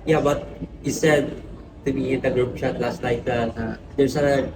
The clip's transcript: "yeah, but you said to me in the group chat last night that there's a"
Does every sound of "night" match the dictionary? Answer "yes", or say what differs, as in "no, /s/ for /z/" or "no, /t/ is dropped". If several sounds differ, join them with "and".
no, /l/ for /n/